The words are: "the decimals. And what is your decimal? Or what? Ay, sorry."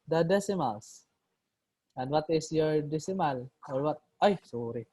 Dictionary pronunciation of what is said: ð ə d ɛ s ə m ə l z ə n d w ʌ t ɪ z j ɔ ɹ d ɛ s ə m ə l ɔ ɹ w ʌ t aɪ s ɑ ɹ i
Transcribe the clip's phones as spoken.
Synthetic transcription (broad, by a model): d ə d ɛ s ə m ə l s ə n d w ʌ t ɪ s j ɔ ɹ d ɛ s ə m ə l ɔ ɹ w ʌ t aɪ s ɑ ɹ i